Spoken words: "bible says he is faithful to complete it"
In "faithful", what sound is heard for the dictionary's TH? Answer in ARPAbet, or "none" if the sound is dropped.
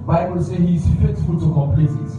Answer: S